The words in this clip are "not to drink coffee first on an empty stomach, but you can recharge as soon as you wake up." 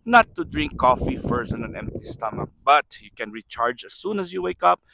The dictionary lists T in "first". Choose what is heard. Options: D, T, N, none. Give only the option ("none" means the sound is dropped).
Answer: none